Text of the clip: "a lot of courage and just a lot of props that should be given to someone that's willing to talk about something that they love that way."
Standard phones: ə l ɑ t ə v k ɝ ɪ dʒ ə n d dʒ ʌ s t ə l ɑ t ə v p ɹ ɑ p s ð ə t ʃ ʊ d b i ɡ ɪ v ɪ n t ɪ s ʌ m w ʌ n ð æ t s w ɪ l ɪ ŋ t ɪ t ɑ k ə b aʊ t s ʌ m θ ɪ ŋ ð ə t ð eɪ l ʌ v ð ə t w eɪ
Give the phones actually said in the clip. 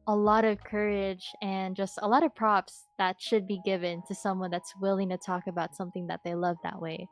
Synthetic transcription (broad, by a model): ə l ɑ t ə v k ɝ ɪ dʒ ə n dʒ ʌ s t ə l ɑ t ə v p ɹ ɑ p s ð ə t ʃ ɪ d b i ɡ ɪ v ɪ n t ɪ s ʌ m w ʌ n ð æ t s w ɪ l ɪ ŋ t ɪ t ɑ k ə b aʊ t s ʌ m θ ɪ ŋ ð ə t ð eɪ l ʌ v ð ə t w eɪ